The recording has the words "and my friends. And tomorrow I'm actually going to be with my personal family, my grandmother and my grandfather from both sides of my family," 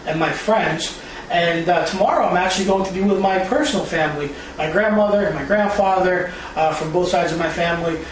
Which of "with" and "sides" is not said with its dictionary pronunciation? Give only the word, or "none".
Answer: none